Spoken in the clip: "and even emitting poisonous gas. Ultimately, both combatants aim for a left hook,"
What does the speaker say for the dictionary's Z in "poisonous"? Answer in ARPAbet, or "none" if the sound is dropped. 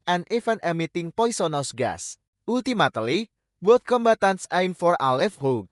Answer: S